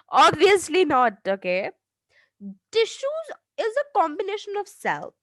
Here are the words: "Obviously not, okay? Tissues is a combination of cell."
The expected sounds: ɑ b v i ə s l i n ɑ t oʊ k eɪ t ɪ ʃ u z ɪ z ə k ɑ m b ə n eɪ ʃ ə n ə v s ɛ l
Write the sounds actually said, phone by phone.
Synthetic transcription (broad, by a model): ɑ b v i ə s l i n ɑ t oʊ k eɪ t ɪ ʃ u z ɪ z ə k ɑ m b ə n eɪ ʃ ə n ə v s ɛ l